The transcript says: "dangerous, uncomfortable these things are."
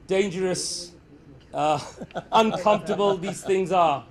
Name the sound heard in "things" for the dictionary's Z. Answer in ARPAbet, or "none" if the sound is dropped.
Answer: Z